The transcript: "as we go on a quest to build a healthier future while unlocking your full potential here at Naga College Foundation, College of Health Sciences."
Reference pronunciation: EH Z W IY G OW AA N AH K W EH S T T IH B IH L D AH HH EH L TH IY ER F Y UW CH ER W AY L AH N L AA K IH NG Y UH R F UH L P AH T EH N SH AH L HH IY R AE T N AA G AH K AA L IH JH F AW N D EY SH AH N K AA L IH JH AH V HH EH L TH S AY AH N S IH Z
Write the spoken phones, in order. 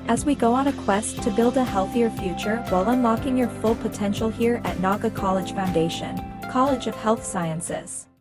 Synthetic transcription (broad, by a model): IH Z W IY G OW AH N AH K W EH S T T IH B IH L D AH HH EH L TH IY ER F Y UW CH ER W AY L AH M L AA K IH NG Y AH R F UH L P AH T EH N SH L HH IY R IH T N AA G AH K AA L IH JH F AW N D EY SH AH N K AA L IH JH AH V HH EH L TH S AY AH N S IH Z